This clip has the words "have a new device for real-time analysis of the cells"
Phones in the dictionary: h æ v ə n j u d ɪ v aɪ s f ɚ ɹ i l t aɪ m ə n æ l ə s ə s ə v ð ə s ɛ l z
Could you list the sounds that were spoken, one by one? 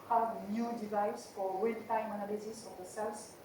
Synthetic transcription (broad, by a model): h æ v n j u d ɪ v aɪ s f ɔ w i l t aɪ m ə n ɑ l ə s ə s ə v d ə s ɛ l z